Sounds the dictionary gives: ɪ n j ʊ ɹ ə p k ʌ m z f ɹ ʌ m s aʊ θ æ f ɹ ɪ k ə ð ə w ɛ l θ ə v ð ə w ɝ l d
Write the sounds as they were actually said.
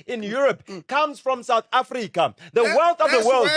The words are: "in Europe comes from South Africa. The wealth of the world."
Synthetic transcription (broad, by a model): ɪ n j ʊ ɹ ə p k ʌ m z f ɹ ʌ m s aʊ θ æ f ɹ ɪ k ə ð ə w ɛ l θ ə v ð ə w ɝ l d